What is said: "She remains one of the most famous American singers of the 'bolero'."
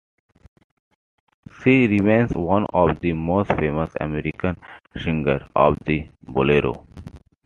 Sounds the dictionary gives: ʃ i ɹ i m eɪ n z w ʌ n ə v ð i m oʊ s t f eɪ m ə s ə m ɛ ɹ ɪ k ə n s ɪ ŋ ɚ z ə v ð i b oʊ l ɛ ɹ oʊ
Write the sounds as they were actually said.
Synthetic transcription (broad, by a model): s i ɹ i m eɪ n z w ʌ n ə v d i m oʊ s t f eɪ m ə s ə m ɛ ɹ ɪ k ə n ʃ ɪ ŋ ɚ ə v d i b oʊ l ɛ ɹ oʊ